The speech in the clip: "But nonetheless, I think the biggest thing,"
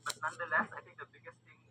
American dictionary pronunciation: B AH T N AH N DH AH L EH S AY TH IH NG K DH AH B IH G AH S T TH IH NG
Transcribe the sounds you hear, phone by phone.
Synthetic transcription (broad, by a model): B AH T N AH N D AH L EH S AY T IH NG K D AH B IH G AH S T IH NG